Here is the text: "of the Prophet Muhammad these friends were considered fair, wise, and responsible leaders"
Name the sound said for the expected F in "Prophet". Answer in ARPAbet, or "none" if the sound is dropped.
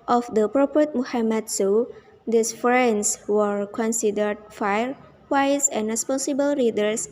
P